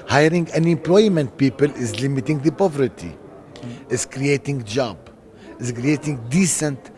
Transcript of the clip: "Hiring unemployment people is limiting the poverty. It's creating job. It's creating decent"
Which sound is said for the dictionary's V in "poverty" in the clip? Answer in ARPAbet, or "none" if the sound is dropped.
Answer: V